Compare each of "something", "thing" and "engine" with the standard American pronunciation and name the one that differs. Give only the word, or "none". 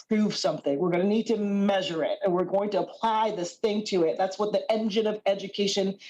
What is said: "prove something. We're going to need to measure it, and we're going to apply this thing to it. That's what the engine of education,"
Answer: none